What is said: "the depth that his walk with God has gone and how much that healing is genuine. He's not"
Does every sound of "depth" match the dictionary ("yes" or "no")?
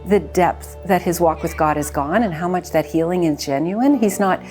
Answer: yes